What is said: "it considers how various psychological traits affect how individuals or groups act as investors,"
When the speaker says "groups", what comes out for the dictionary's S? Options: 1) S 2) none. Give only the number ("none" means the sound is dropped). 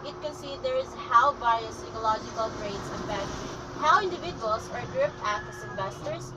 2